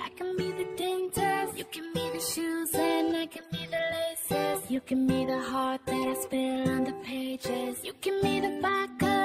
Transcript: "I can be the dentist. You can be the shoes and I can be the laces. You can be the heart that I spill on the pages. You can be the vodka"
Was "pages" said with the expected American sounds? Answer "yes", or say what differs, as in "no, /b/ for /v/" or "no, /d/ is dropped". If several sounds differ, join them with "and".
yes